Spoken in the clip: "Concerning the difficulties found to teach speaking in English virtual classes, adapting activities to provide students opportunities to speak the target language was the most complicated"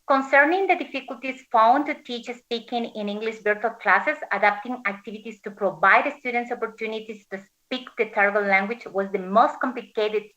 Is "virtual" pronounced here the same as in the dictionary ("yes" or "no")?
no